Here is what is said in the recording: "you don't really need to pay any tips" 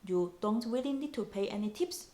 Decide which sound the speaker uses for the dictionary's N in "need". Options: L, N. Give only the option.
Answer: L